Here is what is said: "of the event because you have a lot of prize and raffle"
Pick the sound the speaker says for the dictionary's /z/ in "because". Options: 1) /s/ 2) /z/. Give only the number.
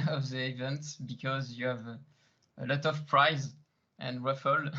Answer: 2